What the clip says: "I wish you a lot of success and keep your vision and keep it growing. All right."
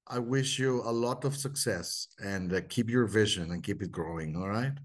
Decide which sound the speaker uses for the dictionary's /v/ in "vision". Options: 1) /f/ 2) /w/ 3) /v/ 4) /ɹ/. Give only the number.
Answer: 3